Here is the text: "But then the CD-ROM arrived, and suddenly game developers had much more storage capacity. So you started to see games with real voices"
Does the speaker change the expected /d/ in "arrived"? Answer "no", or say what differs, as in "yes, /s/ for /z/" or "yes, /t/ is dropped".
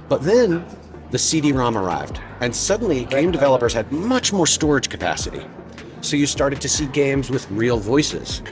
no